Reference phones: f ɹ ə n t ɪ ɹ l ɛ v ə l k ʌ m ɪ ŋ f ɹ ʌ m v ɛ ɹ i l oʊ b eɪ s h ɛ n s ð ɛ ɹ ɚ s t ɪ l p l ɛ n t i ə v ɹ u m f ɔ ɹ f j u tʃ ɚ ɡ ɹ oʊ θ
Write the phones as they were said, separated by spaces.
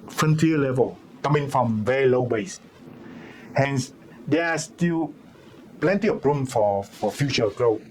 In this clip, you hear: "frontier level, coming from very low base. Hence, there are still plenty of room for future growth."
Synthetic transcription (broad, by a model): f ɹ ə n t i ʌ l ɛ v ə l k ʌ m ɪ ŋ f ɹ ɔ m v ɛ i l oʊ b eɪ s h ɛ n s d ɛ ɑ s t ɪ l p l ɛ n t i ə p ɹ u m f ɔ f f j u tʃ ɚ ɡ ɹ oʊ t